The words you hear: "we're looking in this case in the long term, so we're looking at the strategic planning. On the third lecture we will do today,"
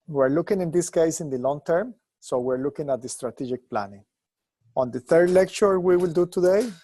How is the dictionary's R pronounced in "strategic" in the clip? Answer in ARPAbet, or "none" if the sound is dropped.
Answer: R